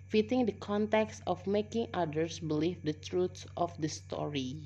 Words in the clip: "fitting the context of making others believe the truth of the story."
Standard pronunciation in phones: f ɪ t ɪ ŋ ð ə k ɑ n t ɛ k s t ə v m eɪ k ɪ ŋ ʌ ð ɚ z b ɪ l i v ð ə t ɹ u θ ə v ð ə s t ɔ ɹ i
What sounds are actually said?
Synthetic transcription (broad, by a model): f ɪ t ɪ ŋ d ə k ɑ n t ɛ k s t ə f m eɪ k ɪ ŋ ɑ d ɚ s b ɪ l i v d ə t ɹ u s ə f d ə s t ɔ ɹ i